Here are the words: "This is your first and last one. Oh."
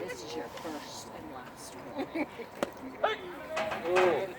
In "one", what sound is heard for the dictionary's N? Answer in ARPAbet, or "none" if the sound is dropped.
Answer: none